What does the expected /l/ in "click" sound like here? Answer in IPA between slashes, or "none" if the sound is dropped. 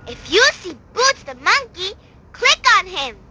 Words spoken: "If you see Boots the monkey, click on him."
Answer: /l/